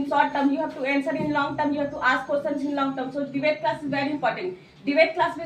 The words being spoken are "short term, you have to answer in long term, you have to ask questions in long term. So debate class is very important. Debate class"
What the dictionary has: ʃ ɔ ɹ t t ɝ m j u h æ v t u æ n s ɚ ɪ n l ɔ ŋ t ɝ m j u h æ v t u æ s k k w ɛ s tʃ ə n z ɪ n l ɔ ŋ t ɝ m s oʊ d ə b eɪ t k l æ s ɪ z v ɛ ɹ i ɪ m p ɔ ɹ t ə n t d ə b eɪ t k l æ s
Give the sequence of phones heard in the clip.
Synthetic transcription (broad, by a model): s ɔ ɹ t t ɝ m j u h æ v t u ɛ n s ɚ ɪ n l ɔ ŋ t ɝ m j u h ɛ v t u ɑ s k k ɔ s ə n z ɪ n l ɔ ŋ t ɝ m s oʊ d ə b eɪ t k l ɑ s ɪ z v ɛ ɹ i ɪ m p ɔ ɹ t ə n t d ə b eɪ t k l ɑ s